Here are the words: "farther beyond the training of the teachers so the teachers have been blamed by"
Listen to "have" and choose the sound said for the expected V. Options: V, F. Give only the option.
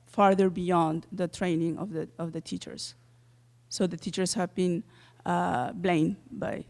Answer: V